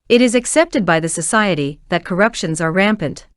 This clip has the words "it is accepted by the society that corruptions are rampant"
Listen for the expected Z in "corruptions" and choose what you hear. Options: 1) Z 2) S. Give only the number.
1